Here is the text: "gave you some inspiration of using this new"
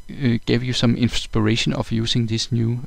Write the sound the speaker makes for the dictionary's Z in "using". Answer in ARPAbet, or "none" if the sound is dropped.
S